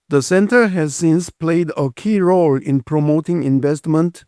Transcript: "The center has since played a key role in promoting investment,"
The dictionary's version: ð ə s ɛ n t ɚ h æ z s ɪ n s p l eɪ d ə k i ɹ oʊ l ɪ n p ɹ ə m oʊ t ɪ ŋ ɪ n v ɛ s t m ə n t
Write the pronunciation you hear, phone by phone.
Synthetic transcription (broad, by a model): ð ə s ɛ n t ɚ h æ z s ɪ n s p l eɪ d ə k i ɹ oʊ l ɪ n p ɹ ə m oʊ t ɪ ŋ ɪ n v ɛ s t m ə n t